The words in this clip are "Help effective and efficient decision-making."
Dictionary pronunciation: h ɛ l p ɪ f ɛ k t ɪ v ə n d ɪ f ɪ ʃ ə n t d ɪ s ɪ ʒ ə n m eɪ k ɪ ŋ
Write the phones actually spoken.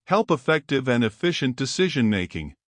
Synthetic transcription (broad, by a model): h ɛ l p ɪ f ɛ k t ɪ v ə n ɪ f ɪ ʃ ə n d ɪ s ɪ ʒ ə n m eɪ k ɪ ŋ